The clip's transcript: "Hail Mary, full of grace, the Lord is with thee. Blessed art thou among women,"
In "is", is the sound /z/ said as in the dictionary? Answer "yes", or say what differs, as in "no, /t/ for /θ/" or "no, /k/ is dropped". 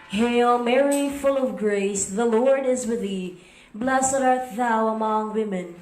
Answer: yes